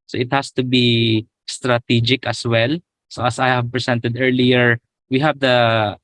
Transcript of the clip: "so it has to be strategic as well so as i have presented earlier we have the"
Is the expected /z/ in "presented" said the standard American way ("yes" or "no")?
no